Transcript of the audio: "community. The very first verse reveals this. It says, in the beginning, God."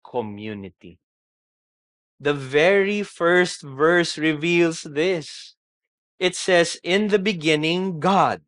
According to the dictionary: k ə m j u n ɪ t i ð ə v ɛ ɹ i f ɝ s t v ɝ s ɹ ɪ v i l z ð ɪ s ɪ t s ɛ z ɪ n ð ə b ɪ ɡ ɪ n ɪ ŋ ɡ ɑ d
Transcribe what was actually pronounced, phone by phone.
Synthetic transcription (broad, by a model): k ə m j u n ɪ t i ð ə v ɛ ɹ i f ɝ s t v ɝ s ɹ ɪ v i l s ð ɪ s ɪ t s ɛ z ɪ n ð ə b ɪ ɡ ɪ n ɪ ŋ ɡ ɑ d